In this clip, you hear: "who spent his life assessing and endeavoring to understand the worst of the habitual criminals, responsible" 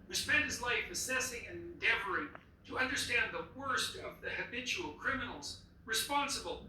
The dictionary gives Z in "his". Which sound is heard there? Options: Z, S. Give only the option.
Z